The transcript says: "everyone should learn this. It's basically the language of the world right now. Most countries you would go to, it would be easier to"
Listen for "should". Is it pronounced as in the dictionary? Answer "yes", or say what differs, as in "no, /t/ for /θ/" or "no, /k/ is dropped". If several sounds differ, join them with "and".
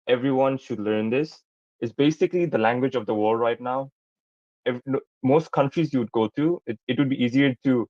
yes